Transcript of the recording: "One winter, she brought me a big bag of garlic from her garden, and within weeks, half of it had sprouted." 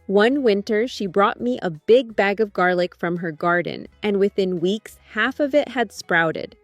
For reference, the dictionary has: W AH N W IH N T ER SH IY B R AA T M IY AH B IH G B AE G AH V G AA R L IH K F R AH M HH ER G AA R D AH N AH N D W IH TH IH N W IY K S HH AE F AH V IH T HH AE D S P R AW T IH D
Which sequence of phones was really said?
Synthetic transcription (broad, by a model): W AH N W IH N T ER SH IY B R AA T M IY AH B IH G B AE G AH V G AA R L IH K F R AH M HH ER G AA R D N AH N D W IH TH IH N W IY K S HH AE F AH V IH T HH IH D S P R AW T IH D